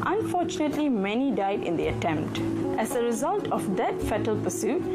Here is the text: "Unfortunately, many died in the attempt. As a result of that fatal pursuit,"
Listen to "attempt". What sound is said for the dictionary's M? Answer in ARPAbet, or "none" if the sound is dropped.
M